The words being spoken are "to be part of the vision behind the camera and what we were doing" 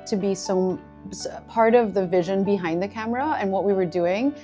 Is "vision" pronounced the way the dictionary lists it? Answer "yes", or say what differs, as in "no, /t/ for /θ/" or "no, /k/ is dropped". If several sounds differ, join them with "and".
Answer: yes